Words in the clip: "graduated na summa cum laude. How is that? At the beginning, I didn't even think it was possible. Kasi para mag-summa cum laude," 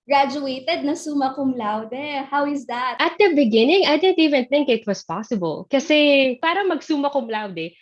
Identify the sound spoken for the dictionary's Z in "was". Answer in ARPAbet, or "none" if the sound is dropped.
S